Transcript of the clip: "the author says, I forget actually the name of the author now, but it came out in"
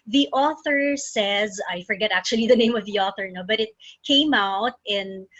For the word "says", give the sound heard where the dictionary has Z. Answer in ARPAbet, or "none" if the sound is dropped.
Z